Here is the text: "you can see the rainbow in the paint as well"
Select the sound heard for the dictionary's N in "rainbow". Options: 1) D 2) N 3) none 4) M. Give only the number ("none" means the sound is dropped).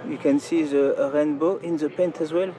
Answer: 2